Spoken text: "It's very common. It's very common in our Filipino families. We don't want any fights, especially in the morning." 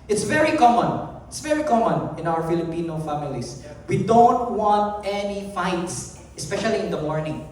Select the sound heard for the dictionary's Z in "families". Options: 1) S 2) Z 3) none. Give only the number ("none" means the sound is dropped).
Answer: 1